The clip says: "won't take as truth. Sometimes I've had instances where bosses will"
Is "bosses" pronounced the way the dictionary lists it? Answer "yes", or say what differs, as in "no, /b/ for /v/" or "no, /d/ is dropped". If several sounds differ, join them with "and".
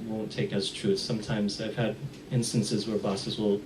yes